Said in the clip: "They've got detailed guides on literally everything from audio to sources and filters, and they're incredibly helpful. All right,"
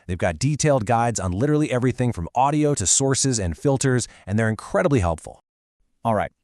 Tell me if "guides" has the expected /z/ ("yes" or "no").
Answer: yes